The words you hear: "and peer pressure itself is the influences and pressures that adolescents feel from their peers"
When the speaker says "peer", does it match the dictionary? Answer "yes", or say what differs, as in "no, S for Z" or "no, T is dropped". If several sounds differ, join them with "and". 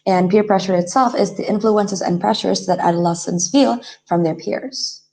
yes